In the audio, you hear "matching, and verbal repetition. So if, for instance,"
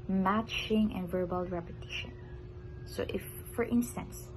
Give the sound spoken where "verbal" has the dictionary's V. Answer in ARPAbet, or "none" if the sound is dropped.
V